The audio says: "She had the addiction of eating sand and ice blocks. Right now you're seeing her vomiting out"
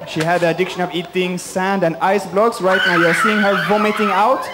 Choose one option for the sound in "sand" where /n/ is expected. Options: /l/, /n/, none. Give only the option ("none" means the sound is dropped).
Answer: /n/